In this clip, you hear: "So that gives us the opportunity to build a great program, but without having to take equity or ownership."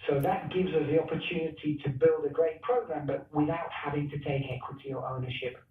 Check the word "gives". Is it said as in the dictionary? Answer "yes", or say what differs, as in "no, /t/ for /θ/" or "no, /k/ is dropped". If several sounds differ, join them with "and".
yes